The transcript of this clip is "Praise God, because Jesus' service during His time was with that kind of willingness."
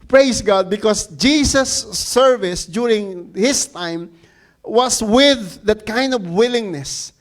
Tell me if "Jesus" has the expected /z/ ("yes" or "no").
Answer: no